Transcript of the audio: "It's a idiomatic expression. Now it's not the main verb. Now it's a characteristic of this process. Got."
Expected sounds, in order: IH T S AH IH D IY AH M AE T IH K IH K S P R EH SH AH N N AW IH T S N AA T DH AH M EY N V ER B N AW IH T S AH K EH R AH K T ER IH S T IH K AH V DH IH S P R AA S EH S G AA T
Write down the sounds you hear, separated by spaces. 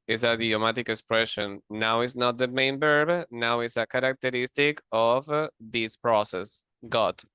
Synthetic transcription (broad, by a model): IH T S AH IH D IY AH M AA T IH K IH K S P R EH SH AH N N AW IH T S N AA T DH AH M EY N B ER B N AW IH T S AH K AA R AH K T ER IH S T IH K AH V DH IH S P R AA S EH S G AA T